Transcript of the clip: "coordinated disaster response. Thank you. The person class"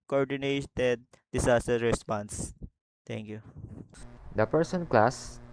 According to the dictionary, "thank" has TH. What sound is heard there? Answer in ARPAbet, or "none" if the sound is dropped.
T